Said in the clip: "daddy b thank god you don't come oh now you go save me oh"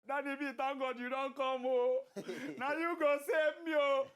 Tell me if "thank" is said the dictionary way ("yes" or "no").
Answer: no